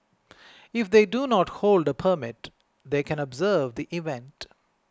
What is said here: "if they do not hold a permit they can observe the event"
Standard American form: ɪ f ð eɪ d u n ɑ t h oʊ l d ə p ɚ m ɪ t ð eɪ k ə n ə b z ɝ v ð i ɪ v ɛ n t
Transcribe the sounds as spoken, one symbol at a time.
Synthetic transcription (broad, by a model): ɪ f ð eɪ d u n ɑ t h oʊ l d ə p ɚ m ɪ t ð eɪ k ə n ə b z ɝ v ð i ɪ v ɛ n t